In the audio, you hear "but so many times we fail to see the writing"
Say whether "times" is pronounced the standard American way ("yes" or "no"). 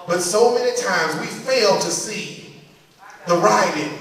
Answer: yes